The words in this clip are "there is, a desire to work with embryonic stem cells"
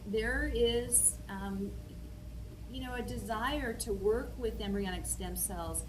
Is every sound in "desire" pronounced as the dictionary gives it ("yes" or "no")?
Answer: yes